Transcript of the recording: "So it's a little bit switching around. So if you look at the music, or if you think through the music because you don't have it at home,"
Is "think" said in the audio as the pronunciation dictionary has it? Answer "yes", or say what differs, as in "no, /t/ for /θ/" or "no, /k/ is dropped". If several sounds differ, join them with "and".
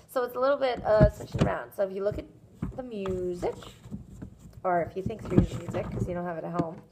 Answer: yes